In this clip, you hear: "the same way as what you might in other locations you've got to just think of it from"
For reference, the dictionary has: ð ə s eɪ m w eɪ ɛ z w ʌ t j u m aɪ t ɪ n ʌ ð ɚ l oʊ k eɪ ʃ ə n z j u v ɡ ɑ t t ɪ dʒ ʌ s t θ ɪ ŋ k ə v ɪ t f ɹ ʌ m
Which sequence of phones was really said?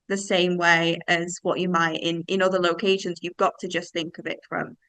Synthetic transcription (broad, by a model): ð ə s eɪ m w eɪ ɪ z w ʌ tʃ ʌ m aɪ t ɪ n ʌ ð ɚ l oʊ k eɪ ʃ ə n z j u v ɡ ɑ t t ɪ dʒ ʌ s θ ɪ ŋ k ə v ɪ t f ɹ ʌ m